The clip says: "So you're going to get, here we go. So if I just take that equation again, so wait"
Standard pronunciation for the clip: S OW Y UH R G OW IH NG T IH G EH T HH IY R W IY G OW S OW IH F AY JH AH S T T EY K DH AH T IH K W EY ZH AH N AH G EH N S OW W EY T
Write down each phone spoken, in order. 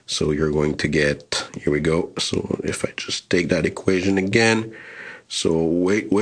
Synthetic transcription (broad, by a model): S OW Y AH R G OW IH NG T IH G EH T HH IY R W IY G OW S OW IH F AY JH AH S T T EY K DH AH T IH K W EY ZH AH N AH G EH N S OW W EY T